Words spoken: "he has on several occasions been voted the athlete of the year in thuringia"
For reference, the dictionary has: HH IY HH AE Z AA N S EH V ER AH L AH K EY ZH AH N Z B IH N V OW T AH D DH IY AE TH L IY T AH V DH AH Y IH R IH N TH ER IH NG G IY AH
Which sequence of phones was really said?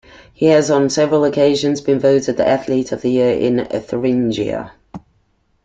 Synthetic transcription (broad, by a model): HH IY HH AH Z N S EH V ER AH L AH K EY ZH AH N Z B IH N V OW T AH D DH IY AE TH L IY T AH V DH AH Y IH R IH N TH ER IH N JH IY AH